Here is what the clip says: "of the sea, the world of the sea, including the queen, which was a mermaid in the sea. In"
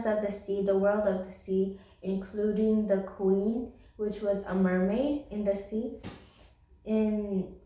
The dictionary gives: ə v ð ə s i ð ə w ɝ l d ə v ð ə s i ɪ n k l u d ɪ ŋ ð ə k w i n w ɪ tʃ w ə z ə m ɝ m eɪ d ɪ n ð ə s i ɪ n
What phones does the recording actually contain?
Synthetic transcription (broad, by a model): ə v ð ə s i ð ə w ɝ l d ə v ð ə s i ɪ n k l u d ɪ ŋ ð ə k w i n w ɪ tʃ w ə z ə m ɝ m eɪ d ɪ n ð ə s i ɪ n